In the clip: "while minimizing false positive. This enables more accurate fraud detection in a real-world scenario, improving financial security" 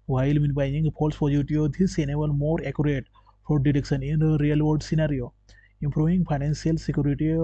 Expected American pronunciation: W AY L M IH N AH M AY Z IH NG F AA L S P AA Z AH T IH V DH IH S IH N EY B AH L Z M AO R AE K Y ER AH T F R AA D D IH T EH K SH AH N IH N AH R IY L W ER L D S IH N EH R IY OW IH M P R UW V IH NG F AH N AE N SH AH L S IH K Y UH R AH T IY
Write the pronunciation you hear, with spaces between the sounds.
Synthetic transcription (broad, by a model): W AY L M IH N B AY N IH NG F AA L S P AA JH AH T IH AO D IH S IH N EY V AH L M AO R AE K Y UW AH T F AA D D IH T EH K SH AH N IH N AH R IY L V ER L D S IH N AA R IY OW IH M P R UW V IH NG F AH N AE N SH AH L S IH K Y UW R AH T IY